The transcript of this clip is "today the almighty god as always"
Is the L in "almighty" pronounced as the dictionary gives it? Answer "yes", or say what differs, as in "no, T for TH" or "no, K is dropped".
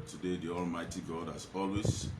yes